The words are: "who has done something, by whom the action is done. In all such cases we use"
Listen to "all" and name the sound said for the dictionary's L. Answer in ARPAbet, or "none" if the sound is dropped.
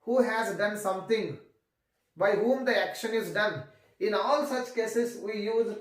L